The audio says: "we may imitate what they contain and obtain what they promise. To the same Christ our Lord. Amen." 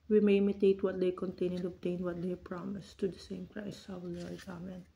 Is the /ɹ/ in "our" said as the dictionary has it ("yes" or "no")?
no